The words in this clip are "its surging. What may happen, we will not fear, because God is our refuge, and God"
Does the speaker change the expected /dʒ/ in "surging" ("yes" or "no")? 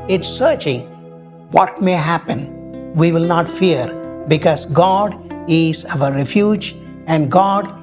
yes